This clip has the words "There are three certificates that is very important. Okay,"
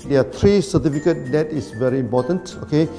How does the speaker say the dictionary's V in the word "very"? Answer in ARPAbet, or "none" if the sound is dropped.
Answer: V